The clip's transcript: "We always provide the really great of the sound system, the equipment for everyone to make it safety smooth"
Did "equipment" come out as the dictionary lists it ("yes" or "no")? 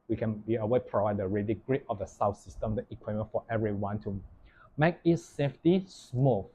no